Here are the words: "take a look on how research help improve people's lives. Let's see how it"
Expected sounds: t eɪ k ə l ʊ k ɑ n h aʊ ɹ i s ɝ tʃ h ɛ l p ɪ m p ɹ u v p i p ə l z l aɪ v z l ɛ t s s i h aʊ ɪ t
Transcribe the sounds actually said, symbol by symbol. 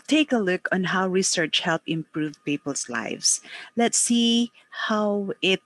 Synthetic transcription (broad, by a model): t eɪ k ə l ʊ k ɑ n h aʊ ɹ i s ɝ tʃ h ɛ l p ɪ m p ɹ u v p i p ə l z l aɪ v s l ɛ t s s i h aʊ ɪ t